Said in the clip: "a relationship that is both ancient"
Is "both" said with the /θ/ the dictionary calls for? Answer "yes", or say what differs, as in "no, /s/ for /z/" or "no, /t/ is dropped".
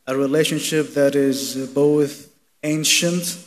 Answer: yes